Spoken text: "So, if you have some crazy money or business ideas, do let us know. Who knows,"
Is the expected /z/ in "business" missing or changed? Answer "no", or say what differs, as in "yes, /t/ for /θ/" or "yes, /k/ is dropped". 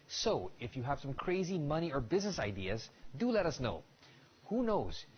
no